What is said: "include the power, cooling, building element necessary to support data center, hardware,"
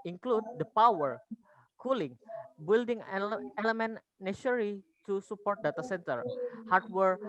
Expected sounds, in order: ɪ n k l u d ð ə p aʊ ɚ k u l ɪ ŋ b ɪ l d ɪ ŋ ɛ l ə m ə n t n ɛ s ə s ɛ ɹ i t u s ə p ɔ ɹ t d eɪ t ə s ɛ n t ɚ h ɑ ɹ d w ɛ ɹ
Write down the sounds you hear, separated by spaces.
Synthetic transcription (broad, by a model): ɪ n k l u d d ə p aʊ ɚ k u l ɪ ŋ b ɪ l d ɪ ŋ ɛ l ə m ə n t n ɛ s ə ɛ ɹ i t u s ə p ɔ ɹ t d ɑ t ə s ɛ n t ɚ h ɑ ɹ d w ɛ ɹ